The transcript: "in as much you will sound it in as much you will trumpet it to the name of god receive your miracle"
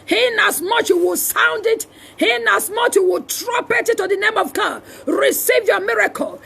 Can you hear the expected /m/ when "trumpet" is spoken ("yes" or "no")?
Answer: no